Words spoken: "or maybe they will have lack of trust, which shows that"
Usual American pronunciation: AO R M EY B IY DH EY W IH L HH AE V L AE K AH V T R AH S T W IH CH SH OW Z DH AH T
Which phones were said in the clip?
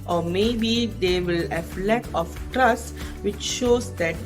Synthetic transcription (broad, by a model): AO R M EY B IY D EY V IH L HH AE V L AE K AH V T R AH S T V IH CH SH OW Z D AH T